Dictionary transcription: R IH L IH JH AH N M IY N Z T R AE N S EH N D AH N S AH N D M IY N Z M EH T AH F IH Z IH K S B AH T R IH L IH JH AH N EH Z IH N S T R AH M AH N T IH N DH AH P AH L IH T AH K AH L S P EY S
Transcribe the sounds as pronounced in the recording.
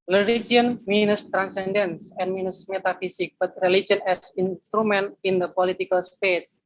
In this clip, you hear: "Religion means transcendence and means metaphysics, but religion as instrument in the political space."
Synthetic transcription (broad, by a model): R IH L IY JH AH N M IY N S T R AE N S EH N D AH N S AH N M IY N S M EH T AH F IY S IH K B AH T R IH L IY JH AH N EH S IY N S T R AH M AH N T IH N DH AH P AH L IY T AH K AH L S P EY S